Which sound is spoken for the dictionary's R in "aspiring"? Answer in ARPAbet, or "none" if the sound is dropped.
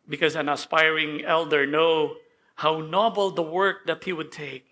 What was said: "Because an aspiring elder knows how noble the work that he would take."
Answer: R